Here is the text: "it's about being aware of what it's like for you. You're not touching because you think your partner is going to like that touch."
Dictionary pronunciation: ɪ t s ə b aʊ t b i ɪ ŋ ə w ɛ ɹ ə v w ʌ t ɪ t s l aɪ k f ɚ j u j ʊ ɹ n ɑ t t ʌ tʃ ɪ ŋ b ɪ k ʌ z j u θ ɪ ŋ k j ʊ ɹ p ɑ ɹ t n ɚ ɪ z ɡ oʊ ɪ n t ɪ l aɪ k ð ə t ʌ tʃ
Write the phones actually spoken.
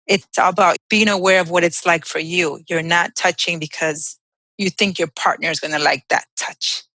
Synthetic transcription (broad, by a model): ɪ t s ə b aʊ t b i ɪ ŋ ə w ɛ ɹ ə v w ʌ t ɪ t s l aɪ k f ɚ j u j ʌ ɹ n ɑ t t ʌ tʃ ɪ ŋ b ɪ k ʌ z j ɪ θ ɪ ŋ k j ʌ ɹ p ɑ ɹ t n ɚ ɪ z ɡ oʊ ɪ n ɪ l aɪ k ð ə t ʌ tʃ